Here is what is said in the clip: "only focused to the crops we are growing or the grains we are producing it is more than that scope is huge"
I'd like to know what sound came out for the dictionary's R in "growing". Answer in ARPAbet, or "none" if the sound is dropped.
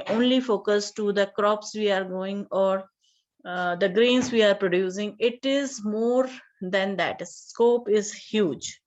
none